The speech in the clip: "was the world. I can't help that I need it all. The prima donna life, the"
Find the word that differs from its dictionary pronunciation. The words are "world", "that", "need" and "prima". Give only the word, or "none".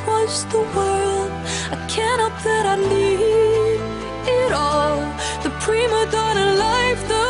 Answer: need